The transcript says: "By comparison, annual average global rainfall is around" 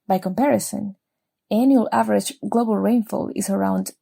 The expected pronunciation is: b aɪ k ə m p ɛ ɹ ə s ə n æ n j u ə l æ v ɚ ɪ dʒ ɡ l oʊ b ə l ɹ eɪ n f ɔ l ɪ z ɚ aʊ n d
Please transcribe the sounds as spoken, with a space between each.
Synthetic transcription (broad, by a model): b aɪ k ə m p ɛ ɹ ə s ə n æ n j u ə l æ v ɚ ɪ dʒ ɡ l oʊ b ə l ɹ eɪ n f ɔ l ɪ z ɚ aʊ n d